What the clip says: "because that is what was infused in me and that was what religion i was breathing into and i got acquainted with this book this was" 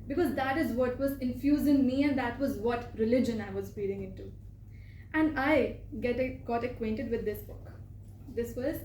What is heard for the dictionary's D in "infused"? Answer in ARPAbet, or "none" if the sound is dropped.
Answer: none